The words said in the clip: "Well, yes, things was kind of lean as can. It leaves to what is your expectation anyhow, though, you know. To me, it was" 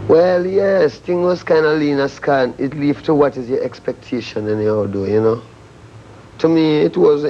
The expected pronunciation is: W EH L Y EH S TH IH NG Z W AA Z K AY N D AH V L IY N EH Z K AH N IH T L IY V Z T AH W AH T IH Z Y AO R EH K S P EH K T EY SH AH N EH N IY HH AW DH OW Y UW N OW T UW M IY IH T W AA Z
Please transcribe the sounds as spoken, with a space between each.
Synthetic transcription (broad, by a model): W EH L Y EH S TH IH NG W AA Z K AY N D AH L IY N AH S K AH N IH T L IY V T AH W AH T IH Z Y AO R EH K S P EH K T EY SH AH N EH N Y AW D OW Y UW N OW T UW M IY IH T W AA Z